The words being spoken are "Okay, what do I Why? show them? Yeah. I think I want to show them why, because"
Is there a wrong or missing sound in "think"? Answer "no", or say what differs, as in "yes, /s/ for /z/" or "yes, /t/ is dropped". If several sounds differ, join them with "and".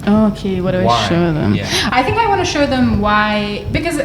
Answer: no